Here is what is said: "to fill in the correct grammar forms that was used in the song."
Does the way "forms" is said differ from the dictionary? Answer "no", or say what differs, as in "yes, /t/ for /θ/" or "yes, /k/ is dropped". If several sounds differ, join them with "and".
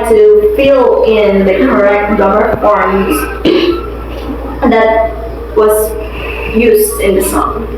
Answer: yes, /m/ is dropped